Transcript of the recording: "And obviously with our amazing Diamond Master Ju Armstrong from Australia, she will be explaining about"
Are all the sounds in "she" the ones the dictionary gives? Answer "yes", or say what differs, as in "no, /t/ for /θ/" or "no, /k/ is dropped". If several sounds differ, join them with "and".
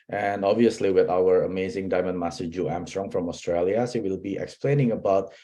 no, /s/ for /ʃ/